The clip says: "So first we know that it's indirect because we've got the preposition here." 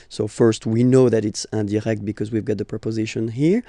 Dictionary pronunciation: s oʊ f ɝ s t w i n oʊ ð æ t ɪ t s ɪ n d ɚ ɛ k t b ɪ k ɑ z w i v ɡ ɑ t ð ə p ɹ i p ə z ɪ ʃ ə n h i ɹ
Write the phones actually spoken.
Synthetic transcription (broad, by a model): s oʊ f ɝ s t w i n oʊ ð æ t ɪ t s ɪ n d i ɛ k t b ɪ k ɑ z w i v ɡ ɑ t ð ə p ɹ i p ə z ɪ ʃ ə n h i ɹ